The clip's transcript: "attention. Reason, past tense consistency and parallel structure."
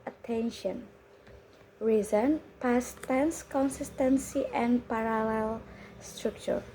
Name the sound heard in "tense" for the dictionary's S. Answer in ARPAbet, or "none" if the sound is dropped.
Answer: S